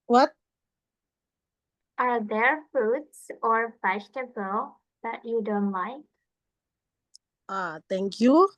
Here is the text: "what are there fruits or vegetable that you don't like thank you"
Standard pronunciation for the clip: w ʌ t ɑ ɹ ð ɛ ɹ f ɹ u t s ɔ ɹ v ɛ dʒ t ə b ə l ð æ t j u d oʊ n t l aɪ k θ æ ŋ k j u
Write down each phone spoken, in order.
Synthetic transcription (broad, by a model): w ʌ t ɑ ɹ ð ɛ ɹ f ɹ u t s ɔ ɹ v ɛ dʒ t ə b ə l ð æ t j u d oʊ n t l aɪ k t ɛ ŋ k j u